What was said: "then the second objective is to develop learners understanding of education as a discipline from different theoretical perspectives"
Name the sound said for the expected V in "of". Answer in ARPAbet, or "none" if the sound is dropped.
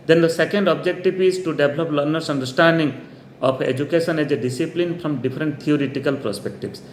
P